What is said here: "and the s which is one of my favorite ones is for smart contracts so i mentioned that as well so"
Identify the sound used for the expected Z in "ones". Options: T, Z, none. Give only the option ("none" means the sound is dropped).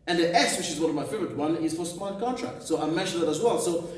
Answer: none